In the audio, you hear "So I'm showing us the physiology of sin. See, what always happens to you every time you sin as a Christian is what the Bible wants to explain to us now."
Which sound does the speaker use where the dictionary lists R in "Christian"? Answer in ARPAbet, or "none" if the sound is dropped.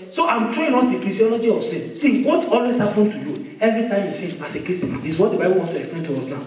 none